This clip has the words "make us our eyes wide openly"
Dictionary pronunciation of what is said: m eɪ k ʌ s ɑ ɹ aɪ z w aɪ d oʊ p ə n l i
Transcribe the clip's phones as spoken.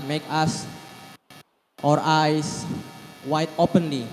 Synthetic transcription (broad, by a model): m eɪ k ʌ s ɑ ɹ aɪ s w aɪ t oʊ p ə n l i